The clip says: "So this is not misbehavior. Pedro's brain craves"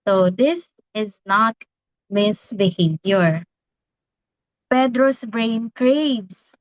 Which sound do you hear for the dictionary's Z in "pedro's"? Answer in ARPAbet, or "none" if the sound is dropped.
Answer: S